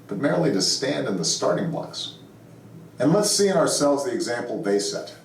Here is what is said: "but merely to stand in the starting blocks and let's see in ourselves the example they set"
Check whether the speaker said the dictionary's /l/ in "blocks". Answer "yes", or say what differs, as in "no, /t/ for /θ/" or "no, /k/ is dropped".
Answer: no, /l/ is dropped